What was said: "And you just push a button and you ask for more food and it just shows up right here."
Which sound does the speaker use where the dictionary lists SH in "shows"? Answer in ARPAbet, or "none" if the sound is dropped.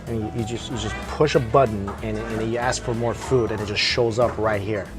SH